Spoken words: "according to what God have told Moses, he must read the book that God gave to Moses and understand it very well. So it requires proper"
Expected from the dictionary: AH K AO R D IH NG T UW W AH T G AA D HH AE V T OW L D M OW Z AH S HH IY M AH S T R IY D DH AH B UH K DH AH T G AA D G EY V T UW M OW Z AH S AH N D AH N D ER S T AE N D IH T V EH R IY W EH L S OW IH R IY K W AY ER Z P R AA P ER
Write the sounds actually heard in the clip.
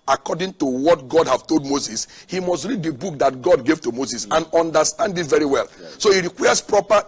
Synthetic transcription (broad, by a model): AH K AO D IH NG T UW W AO T G AA D HH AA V T OW L D M OW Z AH S HH IY M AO S T R IY D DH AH B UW K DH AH T G AA D G EY V T UW M OW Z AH S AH N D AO N D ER S T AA N D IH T V EH R IY W EH L S OW IH R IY K W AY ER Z P R AA P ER